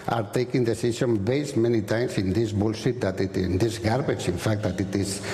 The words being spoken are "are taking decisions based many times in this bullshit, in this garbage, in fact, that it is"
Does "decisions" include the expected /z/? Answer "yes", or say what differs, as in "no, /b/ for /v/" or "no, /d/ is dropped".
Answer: no, /z/ is dropped